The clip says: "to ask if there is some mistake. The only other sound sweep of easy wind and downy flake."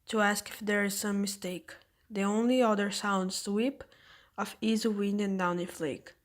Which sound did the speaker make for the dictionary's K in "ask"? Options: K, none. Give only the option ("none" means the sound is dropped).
K